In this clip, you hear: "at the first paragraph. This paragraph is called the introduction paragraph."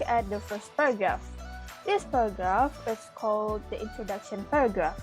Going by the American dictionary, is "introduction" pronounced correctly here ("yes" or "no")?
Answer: yes